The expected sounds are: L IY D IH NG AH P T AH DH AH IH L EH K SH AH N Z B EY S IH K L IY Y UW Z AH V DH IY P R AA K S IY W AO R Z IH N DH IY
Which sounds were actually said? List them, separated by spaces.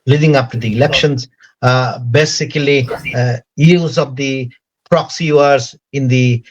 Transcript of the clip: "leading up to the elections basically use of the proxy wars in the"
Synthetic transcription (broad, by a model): L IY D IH NG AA F T AH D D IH L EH K SH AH N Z B EY S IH K L IY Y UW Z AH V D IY P R AA K S IY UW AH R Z IH N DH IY